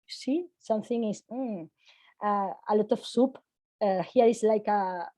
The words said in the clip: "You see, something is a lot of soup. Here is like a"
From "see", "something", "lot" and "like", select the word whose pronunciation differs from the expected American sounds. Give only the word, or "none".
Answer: none